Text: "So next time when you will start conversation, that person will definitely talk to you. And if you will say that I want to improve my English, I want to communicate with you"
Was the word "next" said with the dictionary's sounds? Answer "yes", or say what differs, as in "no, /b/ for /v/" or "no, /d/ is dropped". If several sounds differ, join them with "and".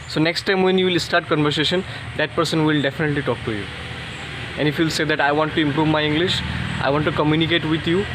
yes